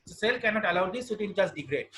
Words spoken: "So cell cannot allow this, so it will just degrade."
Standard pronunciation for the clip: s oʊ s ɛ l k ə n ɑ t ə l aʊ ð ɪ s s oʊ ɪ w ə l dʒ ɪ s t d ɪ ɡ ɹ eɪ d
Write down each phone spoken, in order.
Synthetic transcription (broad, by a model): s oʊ s ɛ l k ə n ɑ t ə l aʊ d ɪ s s ɪ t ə n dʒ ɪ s d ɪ ɡ ɹ eɪ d